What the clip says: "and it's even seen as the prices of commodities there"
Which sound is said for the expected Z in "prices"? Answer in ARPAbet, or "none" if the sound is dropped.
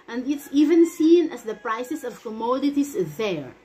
S